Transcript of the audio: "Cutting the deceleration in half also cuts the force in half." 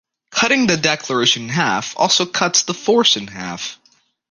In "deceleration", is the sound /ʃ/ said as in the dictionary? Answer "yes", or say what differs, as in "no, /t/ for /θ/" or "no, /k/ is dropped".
no, /ʃ/ is dropped